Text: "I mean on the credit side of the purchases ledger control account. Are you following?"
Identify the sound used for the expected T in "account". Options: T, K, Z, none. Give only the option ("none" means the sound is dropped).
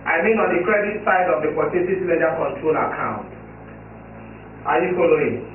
T